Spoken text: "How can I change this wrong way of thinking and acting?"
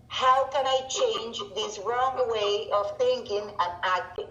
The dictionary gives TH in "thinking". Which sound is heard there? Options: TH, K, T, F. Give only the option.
TH